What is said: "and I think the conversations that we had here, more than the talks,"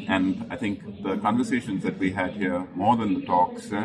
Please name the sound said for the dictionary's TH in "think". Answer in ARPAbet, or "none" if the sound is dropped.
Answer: T